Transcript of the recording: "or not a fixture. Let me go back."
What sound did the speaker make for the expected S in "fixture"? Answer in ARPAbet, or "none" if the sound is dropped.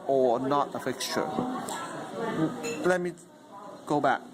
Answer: none